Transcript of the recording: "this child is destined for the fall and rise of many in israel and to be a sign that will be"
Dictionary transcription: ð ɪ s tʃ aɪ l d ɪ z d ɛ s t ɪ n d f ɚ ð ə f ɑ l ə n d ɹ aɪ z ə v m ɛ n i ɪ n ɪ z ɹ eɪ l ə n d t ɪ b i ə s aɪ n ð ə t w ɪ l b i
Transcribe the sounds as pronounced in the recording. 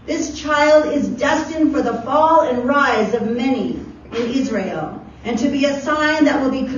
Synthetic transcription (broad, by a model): ð ɪ s tʃ aɪ l d ɪ z d ɛ s t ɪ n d f ɚ ð ə f ɑ l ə n ɹ aɪ z ə v m ɛ n i ɪ n ɪ z ɹ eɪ l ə n t ɪ b i ə s aɪ n ð ə t w ɪ l b i